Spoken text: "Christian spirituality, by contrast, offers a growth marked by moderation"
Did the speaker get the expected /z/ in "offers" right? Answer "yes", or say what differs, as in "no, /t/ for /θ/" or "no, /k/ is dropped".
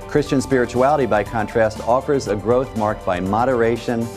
yes